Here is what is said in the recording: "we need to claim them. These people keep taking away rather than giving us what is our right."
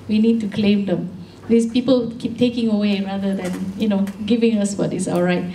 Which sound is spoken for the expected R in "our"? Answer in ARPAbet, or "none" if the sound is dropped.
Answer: L